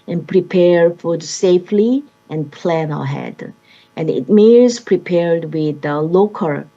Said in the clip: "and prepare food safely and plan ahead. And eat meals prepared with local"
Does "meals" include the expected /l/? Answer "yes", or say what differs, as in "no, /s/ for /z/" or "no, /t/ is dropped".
no, /l/ is dropped